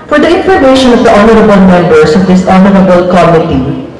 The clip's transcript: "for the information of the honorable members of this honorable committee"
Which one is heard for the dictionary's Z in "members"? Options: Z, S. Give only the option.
S